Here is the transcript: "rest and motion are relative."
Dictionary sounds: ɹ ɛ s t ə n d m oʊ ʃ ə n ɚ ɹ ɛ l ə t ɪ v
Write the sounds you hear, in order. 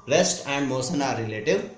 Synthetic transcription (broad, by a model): ɹ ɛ s t ə n d m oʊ s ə n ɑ ɹ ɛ l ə t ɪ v